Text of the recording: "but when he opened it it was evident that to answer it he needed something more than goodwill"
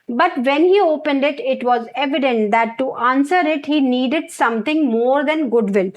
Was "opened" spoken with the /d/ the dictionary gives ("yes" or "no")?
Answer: yes